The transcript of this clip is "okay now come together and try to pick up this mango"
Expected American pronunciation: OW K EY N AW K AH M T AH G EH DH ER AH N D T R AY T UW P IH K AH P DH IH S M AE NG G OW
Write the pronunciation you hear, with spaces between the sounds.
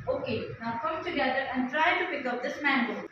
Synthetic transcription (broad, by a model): OW K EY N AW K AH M T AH G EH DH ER AH N D T R AY T UW P IH K AH P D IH S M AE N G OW